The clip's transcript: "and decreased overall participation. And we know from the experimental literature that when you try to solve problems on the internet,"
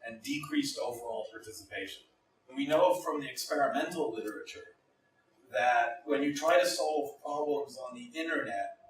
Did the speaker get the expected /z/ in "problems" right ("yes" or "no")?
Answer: yes